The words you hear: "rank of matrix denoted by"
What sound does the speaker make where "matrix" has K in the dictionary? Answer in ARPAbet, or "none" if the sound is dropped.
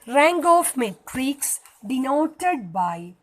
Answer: K